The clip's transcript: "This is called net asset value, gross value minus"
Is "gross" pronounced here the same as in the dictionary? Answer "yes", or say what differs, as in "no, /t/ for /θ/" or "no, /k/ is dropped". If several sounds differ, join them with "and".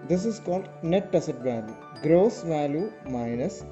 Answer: yes